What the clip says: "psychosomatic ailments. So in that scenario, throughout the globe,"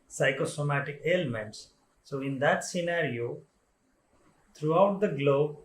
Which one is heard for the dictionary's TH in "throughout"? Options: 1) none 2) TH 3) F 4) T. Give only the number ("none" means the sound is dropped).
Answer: 4